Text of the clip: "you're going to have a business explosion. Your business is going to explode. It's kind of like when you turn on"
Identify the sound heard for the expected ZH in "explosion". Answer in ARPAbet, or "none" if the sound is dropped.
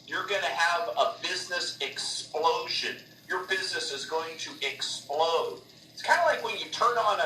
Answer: ZH